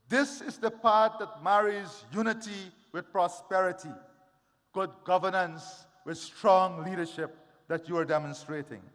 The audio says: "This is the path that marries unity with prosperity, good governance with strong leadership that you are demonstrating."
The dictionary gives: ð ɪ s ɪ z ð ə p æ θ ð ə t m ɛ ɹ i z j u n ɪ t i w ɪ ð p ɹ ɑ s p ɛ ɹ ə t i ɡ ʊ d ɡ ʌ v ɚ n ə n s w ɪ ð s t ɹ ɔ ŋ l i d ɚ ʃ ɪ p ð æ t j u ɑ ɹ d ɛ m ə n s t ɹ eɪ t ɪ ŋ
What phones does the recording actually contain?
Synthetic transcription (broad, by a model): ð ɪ s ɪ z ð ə p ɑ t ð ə t m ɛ ɹ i z j u n ɪ t i w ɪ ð p ɹ ɑ s p ɛ ɹ ə t i ɡ ʊ d ɡ ʌ v ɚ n ə n s w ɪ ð s t ɹ ɔ ŋ l i d ɚ ʃ ɪ p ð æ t j u ɑ ɹ d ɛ m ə n s t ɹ eɪ t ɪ ŋ